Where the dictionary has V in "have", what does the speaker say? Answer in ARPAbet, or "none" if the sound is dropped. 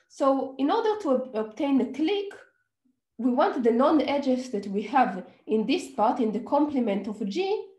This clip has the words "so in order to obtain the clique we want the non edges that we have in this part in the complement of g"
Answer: V